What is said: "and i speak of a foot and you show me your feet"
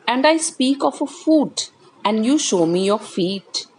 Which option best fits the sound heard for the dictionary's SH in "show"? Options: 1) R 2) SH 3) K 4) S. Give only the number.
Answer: 2